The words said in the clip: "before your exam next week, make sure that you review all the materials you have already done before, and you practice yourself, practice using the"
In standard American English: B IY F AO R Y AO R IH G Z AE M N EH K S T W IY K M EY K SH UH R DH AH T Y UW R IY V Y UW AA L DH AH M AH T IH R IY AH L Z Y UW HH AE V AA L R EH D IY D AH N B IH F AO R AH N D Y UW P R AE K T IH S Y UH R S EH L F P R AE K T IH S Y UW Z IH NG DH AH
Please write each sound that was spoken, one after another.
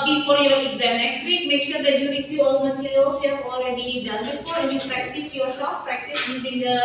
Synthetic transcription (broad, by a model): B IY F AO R Y AO R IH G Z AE M N EH K S T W IY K M EY K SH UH R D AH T Y UW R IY F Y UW AA L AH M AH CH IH L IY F Y UW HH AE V AA L R EH D IY D AH N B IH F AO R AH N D Y UW P R AE K T IH S Y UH R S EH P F P R AE K T IH S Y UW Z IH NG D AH